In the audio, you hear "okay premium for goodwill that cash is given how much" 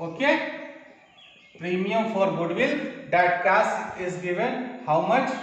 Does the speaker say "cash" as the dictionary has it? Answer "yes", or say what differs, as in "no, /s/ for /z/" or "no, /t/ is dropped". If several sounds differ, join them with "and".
no, /s/ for /ʃ/